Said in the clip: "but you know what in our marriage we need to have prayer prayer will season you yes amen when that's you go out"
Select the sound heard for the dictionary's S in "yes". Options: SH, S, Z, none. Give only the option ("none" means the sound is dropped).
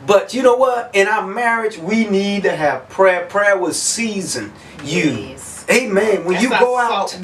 none